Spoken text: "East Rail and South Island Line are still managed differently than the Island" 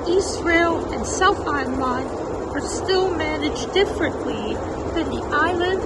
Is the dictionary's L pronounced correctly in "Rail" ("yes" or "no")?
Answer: yes